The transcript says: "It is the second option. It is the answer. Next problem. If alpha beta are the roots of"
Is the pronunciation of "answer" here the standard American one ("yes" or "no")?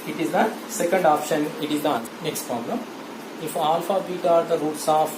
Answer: no